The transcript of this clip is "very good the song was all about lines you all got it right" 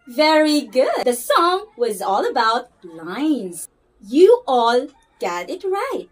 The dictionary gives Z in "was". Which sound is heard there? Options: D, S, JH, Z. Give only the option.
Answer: Z